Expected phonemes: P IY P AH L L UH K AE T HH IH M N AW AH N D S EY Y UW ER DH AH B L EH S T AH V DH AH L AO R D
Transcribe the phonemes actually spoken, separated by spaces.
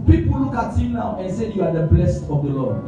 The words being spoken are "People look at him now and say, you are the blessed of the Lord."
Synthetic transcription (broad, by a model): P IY P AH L L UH K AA T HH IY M N AW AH N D S EY Y UW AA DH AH B L EH S T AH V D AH L AO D